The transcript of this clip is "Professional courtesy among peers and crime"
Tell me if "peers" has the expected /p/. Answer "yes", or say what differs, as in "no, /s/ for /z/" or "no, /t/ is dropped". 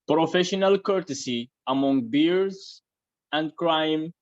no, /b/ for /p/